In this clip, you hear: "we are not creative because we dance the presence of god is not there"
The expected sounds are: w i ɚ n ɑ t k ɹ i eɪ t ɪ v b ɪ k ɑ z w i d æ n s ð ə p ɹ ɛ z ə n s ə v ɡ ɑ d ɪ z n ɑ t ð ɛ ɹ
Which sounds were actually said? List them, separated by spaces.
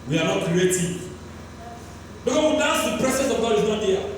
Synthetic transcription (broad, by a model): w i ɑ n ɑ t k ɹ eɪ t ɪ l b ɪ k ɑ w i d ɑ s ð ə p ɹ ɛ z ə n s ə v ɡ ɑ d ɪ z n ɑ t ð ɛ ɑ